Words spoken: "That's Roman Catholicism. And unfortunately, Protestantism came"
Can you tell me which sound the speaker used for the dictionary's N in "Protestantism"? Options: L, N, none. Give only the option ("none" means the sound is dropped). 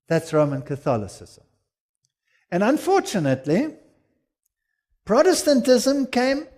N